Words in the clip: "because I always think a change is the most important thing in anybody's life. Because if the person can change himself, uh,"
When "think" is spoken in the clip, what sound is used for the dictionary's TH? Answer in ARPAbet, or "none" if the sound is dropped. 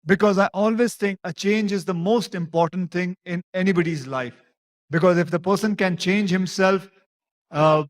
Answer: T